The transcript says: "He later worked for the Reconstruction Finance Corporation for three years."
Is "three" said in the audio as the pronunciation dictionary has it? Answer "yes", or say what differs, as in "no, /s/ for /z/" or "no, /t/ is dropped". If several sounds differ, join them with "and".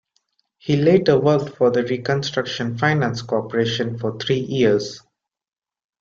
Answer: no, /t/ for /θ/